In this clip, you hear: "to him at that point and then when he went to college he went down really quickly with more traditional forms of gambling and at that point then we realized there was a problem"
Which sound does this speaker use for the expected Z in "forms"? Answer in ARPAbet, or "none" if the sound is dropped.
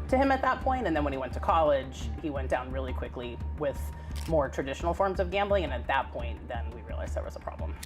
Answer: Z